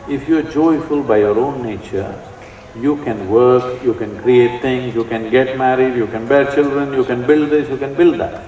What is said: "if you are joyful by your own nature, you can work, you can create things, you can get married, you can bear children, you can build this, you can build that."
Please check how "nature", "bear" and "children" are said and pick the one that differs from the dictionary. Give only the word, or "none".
none